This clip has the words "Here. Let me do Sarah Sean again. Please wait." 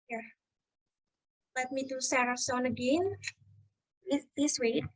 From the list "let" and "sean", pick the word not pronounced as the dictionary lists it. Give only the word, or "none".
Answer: sean